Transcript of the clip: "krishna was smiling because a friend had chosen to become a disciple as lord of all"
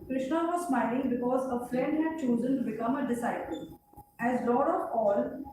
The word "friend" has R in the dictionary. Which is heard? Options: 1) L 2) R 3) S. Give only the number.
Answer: 1